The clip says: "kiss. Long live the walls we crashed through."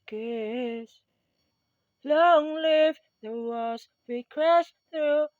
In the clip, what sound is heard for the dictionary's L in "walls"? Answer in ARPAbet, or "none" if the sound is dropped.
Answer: none